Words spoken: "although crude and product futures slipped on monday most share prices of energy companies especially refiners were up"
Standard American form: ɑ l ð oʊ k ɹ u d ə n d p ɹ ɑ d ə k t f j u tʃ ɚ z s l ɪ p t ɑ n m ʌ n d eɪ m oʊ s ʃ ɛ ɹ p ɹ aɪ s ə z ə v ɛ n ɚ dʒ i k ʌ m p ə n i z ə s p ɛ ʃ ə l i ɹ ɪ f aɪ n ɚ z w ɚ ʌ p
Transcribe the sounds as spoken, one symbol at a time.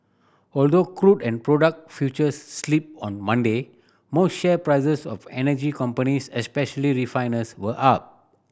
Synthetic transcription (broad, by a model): ɑ l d oʊ k ɹ u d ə n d p ɹ ɑ d ə k t f j u tʃ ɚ s l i p ɑ n m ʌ n d eɪ m oʊ s ʃ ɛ p ɹ aɪ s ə s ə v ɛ n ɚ dʒ i k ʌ m p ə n i s ə s p ɛ ʃ ə l i ɹ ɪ f aɪ n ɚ s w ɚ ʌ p